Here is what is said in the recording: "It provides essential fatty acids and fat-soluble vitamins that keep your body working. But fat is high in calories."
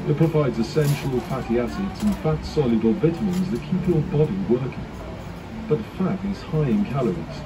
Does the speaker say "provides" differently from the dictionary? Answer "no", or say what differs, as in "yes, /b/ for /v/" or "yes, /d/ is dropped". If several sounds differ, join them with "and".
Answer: no